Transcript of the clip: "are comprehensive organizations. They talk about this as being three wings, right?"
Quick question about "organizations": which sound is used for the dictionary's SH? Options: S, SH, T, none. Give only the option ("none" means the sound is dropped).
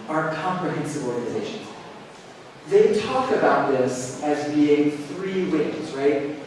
SH